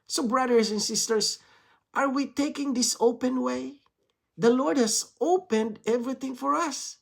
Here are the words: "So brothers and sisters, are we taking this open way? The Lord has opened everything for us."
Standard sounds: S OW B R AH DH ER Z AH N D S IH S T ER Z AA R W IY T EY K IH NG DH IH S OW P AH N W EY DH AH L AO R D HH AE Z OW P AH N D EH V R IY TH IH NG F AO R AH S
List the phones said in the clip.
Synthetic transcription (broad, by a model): S OW B R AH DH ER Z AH N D S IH S T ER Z AA R W IY T EY K IH NG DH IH S OW P AH N W EY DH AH L AO R D HH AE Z OW P AH N D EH V R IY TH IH NG F AO R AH S